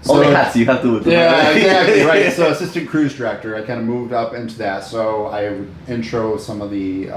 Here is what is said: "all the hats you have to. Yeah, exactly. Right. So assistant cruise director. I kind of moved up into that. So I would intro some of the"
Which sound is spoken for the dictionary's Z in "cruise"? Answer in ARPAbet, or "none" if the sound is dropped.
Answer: Z